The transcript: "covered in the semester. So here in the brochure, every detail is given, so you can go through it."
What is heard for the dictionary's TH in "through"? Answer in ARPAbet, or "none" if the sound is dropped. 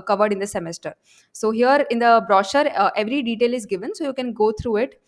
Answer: T